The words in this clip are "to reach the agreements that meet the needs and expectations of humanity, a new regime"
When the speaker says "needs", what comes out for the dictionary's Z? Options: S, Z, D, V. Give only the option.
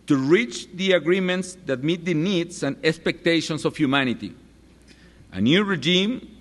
S